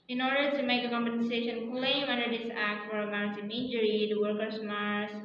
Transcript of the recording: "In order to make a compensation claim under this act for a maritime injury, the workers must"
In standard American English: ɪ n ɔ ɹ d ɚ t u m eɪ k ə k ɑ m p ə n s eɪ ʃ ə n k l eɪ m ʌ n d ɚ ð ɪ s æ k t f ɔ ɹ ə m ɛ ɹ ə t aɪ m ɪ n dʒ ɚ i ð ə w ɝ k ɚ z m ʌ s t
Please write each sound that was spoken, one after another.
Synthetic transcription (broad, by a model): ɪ n ɔ ɹ d ɚ t u m eɪ k ə k ɑ m p ə n s eɪ ʃ ə n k l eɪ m ʌ n d ɚ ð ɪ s æ k t f ɔ ɹ ə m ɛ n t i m ɪ n dʒ ɚ i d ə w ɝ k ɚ s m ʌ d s